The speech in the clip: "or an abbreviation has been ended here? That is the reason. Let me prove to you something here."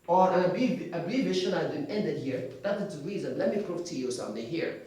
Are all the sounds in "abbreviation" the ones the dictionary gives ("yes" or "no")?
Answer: no